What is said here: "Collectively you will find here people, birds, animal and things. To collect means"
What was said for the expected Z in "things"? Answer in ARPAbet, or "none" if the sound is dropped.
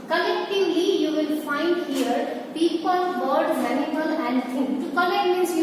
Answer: none